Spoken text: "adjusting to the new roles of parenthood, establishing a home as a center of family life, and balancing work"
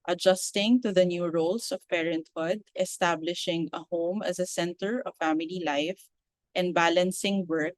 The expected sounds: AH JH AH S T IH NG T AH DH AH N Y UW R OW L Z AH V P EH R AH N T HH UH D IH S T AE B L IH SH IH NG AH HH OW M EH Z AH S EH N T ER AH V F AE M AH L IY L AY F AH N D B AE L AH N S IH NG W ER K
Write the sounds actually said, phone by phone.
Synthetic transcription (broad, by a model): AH JH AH S T IH NG T AH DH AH N Y UW R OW L S AH V P EH R AH N T HH UH D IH S T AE B L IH SH IH NG AH HH OW M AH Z AH S EH N T ER AH V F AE M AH L IY L AY F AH N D B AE L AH N S IH NG W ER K